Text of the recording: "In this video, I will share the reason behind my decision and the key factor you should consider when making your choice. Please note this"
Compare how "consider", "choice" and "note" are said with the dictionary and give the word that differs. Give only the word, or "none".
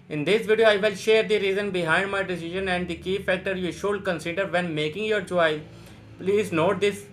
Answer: choice